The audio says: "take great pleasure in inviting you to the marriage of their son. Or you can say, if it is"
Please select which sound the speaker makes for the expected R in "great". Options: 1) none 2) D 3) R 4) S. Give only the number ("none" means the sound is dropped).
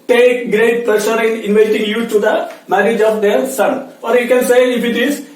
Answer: 3